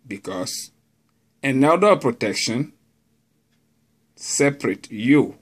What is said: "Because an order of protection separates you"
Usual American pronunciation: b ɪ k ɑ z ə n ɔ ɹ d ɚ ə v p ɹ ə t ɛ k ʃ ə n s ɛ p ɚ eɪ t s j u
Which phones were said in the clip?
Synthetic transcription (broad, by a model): b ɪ k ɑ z ə n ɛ l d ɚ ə p ɹ ə t ɛ k ʃ ə n s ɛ p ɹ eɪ t j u